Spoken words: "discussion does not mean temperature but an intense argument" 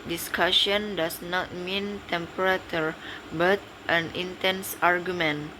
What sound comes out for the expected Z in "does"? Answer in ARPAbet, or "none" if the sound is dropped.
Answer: S